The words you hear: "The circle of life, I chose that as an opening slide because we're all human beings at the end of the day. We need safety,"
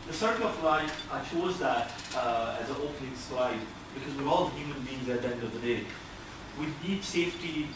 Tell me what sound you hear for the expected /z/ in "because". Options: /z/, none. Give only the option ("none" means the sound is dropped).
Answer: /z/